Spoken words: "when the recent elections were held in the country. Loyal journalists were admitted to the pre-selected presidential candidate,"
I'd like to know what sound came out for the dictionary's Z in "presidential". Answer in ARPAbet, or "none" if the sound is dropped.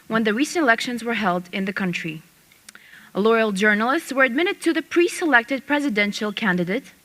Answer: Z